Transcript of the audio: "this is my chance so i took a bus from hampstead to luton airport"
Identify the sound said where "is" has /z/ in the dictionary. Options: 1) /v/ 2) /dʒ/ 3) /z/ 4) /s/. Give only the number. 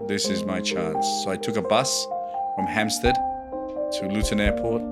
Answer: 3